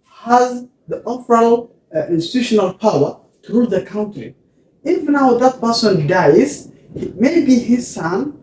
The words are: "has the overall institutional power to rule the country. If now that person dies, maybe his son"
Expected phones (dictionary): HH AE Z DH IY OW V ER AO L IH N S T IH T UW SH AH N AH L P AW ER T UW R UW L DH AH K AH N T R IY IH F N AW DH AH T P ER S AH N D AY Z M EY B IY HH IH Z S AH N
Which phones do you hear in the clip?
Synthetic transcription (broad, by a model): HH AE Z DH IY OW F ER L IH N S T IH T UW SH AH N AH L P AW ER T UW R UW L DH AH K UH N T R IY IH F N AW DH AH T P ER S AH N D AY Z M EY B IY HH IH Z S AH N